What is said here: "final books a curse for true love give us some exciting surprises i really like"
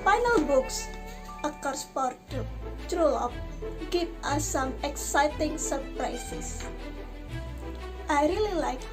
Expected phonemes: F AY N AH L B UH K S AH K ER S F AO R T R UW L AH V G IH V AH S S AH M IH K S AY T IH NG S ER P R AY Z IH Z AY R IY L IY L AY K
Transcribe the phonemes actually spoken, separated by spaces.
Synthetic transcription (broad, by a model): F AY N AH L B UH K S AH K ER S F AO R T R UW L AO P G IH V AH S S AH M IH K S AY T IH NG S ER P R AY S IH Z AY R IY L IY L AY K